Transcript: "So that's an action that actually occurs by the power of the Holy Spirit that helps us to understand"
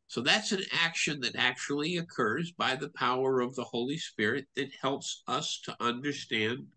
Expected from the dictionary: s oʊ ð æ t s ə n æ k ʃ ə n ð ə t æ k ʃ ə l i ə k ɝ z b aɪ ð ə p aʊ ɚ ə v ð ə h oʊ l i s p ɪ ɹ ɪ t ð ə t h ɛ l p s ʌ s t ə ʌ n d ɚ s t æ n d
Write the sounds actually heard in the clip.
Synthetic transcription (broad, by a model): s oʊ ð æ t s ə n æ k ʃ ə n ð ə t æ k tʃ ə l i ə k ɝ z b aɪ ð ə p aʊ ɚ ə v ð ə h oʊ l i s p ɪ ɹ ɪ t ð ə t h ɛ l p s ʌ s t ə ʌ n d ɚ s t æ n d